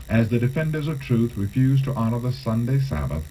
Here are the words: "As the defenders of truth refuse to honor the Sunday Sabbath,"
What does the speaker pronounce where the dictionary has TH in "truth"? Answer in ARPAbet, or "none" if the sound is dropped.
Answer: TH